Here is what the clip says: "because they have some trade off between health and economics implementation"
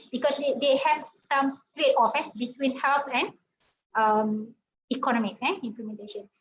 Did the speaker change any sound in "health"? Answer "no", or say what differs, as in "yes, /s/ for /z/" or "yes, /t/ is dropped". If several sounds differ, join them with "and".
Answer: yes, /s/ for /θ/